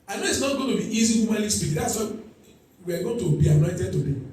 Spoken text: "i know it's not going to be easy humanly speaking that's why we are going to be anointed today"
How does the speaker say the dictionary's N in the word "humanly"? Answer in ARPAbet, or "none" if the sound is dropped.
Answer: none